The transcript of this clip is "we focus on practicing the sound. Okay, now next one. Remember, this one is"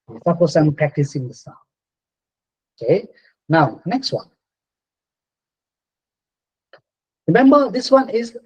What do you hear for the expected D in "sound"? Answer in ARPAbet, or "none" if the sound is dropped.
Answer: none